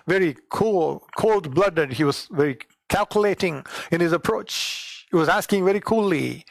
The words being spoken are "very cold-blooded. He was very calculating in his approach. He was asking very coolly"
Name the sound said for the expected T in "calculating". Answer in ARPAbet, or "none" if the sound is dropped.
T